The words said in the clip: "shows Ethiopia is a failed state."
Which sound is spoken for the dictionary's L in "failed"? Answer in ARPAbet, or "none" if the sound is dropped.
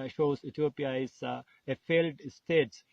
L